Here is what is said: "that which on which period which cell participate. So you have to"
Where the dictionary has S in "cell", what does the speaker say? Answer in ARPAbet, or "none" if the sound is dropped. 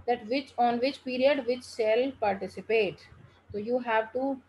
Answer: SH